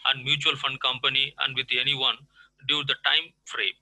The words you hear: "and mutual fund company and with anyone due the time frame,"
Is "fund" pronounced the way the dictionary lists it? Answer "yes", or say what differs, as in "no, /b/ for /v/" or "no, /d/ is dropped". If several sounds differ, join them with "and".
yes